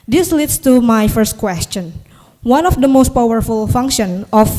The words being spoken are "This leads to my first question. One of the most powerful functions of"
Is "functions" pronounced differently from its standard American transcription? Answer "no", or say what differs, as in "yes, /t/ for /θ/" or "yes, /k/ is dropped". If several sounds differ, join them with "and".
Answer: yes, /z/ is dropped